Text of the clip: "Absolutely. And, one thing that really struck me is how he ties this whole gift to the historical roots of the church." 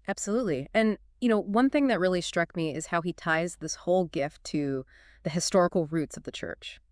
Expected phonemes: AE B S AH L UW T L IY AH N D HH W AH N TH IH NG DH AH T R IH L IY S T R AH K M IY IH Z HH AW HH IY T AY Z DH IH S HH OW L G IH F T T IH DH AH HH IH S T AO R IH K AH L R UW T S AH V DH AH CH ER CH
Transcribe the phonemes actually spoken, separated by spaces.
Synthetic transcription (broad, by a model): AE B S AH L UW T L IY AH N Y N W AH N TH IH NG DH AH T R IH L IY S T R AH K M IY IH Z HH AW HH IY T AY Z DH IH S HH OW L G IH F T T IH DH AH HH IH S T AO R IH K L R UW T S AH V DH AH CH ER CH